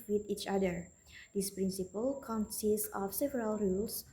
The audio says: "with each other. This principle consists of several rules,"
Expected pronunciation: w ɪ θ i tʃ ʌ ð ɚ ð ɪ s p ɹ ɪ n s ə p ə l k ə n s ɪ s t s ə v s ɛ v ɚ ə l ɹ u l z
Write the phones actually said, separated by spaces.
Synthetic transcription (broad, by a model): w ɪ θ i tʃ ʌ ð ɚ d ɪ s p ɹ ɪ n s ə p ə l k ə n s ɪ s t ə f s ɛ v ɚ ə l ɹ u l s